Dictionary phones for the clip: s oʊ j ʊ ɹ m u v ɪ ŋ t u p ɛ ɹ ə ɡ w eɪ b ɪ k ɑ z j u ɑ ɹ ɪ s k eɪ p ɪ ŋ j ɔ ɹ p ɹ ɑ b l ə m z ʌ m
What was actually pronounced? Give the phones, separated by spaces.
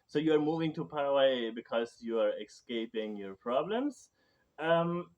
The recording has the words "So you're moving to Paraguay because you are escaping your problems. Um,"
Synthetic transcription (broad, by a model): s oʊ j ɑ ɹ m u v ɪ ŋ t u p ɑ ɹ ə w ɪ b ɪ k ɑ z j u ɑ ɹ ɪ s k eɪ p ɪ ŋ j ɔ ɹ p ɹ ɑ b l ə m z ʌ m